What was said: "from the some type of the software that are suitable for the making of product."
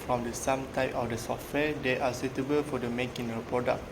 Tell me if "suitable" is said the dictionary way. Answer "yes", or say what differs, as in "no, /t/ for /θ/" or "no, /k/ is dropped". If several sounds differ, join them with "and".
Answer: yes